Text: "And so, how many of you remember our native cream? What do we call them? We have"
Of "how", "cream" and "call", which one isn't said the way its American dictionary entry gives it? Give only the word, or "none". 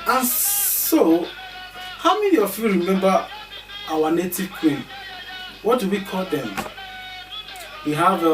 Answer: cream